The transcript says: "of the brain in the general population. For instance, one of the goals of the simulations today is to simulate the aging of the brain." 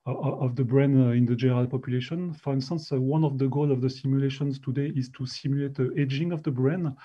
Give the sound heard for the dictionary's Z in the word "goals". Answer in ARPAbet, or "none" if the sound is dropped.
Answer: none